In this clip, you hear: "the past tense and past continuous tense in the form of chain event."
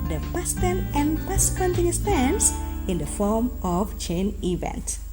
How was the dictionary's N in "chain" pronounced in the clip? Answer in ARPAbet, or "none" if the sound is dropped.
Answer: N